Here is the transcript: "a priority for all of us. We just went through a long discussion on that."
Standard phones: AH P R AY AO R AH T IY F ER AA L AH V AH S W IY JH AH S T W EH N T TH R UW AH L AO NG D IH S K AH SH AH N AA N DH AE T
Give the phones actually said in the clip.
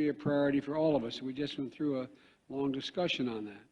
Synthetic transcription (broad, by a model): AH P R AY AO R AH T IY F ER AA L AH V AH S W IY JH AH S T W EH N TH R UW AH L AO NG D IH S K AH SH AH N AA N DH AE T